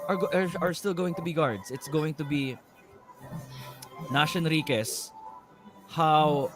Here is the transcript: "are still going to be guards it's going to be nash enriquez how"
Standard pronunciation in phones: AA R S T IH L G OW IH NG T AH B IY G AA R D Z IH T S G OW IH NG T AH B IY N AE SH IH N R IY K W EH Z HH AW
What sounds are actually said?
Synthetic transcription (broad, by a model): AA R S T IH L G OW IH NG T AH B IY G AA R D S IH T S G OW IH NG T AH B IY N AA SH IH N R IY K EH S HH AW